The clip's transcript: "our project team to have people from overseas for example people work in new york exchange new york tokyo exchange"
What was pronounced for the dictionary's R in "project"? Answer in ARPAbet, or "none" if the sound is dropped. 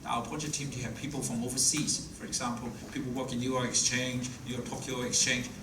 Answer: none